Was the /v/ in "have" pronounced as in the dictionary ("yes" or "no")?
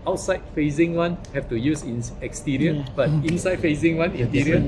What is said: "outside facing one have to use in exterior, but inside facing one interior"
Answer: no